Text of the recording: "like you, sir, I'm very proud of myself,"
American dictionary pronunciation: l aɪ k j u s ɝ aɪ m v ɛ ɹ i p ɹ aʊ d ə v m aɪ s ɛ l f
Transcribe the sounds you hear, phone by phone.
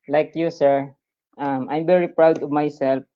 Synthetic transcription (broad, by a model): l aɪ k j u s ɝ aɪ m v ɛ ɹ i p ɹ aʊ d ə v m aɪ s ɛ l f